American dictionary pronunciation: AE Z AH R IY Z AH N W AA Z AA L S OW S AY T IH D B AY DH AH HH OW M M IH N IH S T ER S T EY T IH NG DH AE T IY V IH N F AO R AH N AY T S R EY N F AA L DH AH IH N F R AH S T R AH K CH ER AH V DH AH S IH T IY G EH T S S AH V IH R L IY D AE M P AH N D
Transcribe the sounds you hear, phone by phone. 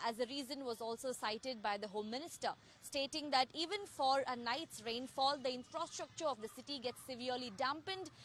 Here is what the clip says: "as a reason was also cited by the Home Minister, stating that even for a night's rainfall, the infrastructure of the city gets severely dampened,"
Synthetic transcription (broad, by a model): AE Z AH R IY Z AH N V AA Z AA L S OW S AY T IH D B AY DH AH HH OW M M IH N IH S T ER S T EY T IH NG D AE T IY V IH N F AO R AH N AY T S R EY N F AA L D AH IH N F R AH S T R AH K CH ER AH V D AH S IH T IY G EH T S S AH V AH R L IY D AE M P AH N D